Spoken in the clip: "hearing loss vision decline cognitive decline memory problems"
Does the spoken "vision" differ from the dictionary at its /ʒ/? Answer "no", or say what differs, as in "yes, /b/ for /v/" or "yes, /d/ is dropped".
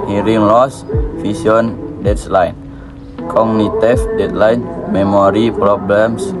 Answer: yes, /s/ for /ʒ/